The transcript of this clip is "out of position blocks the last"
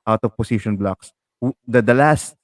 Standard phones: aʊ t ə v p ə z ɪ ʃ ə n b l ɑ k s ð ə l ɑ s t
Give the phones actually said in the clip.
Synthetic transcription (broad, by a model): aʊ t ə v p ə s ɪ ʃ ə n b l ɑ k s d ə l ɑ s t